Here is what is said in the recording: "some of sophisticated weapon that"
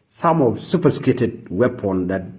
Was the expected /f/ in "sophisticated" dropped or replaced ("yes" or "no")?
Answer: yes